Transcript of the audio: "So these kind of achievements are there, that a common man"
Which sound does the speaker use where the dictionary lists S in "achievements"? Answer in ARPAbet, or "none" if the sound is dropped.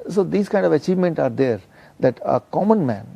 none